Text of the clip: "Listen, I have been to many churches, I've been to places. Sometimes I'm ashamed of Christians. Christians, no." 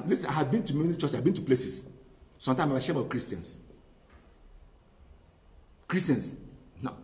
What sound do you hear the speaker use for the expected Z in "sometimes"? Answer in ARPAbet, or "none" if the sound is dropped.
none